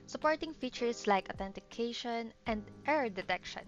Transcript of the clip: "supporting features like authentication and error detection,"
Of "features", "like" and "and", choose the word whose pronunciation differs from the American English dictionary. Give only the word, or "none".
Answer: features